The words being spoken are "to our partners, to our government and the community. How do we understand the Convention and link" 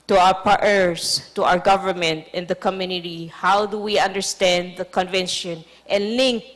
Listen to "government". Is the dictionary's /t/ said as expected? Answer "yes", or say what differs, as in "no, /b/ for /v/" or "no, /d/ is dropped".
yes